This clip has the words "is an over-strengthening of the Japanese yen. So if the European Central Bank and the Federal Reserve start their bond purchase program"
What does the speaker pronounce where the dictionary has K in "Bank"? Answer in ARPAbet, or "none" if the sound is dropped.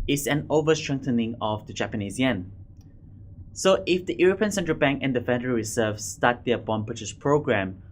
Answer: K